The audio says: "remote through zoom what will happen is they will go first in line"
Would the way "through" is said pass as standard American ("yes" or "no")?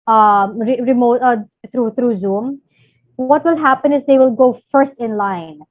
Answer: no